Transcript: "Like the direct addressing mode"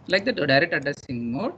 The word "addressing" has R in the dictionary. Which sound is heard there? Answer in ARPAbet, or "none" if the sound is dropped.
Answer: none